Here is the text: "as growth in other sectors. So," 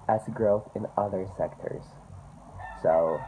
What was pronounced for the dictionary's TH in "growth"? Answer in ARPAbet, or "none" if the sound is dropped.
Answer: TH